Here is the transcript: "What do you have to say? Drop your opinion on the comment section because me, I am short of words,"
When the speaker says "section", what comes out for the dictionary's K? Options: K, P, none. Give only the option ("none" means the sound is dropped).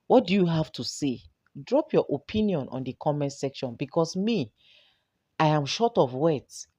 K